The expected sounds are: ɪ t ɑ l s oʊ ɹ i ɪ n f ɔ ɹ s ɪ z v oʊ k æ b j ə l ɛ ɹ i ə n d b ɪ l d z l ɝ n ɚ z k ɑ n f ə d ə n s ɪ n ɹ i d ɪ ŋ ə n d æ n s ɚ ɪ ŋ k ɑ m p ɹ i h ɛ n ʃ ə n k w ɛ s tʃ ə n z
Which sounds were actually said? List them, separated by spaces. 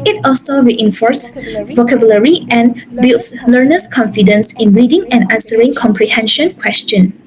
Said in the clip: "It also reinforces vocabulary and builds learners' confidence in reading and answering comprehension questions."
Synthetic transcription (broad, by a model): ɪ t ɑ l s oʊ ɹ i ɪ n f ɔ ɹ s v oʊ k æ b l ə ɹ i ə n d b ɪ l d s l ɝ n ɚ s k ɑ n f ə d ə n s ɪ n ɹ i d ɪ ŋ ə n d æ n s ɚ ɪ ŋ k ɑ m p ɹ i h ɛ n ʃ ə n k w ɛ s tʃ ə n